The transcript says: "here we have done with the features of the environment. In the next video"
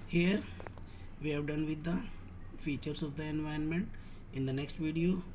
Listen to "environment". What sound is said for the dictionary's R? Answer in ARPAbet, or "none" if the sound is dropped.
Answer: none